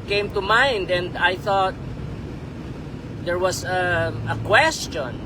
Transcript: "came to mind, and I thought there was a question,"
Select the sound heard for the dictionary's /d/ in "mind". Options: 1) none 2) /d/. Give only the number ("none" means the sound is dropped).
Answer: 2